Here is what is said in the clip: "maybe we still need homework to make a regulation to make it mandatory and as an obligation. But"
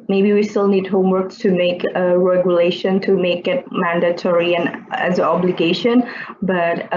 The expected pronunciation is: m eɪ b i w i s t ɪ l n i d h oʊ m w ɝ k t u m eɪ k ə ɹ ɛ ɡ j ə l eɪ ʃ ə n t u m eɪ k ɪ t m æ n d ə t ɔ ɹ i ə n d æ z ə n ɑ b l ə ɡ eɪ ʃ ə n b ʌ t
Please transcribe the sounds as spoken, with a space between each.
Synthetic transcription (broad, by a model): m eɪ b i w i s t ɪ l n i d h oʊ m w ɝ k t u m eɪ k ə ɹ ɛ ɡ j ə l eɪ ʃ ə n t u m eɪ k ɪ t m æ n d ə t ɔ ɹ i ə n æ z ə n ɑ b l ə ɡ eɪ ʃ ə n b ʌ t